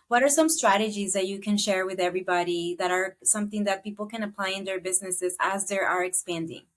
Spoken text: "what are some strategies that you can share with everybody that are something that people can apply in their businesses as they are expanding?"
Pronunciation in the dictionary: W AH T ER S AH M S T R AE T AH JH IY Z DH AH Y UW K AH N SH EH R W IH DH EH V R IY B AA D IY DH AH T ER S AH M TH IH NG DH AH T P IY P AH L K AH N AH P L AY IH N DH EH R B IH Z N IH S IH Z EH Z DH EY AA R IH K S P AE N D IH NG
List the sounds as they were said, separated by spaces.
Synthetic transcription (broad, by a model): W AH T ER S AH M S T R AE T AH JH IY Z DH AH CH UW K AH N SH EH R W IH DH EH V R IY B AA D IY DH AH T ER S AH M TH IH NG DH AH T P IY P L K AH N AH P L AY IH N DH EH R B IH Z N IH S IH Z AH Z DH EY AA R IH K S P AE N D IH NG